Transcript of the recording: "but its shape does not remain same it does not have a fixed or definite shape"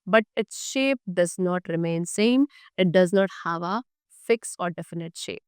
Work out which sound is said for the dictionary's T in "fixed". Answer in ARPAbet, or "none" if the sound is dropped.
none